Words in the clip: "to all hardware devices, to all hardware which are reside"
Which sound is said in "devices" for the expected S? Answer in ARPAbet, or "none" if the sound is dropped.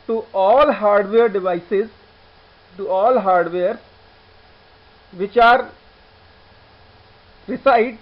S